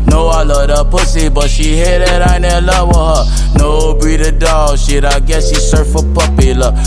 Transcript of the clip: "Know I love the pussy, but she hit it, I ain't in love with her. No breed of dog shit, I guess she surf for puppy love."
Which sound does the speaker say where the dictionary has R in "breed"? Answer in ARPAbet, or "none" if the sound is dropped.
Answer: none